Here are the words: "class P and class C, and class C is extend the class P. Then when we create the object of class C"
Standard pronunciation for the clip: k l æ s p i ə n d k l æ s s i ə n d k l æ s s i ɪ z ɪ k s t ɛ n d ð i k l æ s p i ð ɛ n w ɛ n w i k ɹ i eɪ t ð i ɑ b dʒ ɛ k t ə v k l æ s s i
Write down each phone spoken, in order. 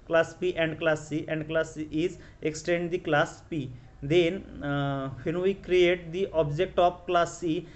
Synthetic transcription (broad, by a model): k l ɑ s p i ə n d k l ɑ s s i ə n d k l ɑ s s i ɪ z ɪ k s t ɛ n d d i k l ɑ s p i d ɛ n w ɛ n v i k ɹ i eɪ t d i ɑ b dʒ ɛ k t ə f k l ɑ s s i